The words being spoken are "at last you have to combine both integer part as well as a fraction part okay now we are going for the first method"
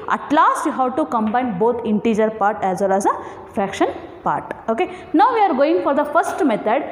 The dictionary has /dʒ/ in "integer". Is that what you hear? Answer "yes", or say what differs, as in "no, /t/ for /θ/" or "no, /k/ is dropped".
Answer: yes